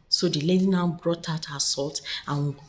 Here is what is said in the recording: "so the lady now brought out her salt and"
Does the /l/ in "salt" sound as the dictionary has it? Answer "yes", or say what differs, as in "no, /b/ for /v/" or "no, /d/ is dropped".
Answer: yes